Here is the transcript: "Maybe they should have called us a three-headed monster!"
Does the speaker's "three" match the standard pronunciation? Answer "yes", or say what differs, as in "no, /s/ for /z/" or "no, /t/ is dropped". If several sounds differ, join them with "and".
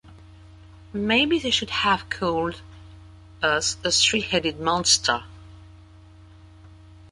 no, /s/ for /θ/